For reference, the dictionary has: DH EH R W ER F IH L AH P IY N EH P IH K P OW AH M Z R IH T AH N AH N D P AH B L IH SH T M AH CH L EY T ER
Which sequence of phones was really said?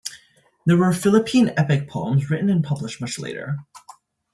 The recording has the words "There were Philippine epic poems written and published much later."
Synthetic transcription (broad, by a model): DH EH R W ER F IH L AH P IY N EH P IH K P OW AH M Z R IH T N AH N P AH B L IH SH T M AH CH L EY T ER